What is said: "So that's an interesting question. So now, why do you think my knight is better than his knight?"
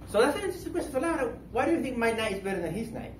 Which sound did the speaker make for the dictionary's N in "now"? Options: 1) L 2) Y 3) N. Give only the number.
1